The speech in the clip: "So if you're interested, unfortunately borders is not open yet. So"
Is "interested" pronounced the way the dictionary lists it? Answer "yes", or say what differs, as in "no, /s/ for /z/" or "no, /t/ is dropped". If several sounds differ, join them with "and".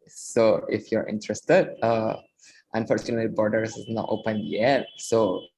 yes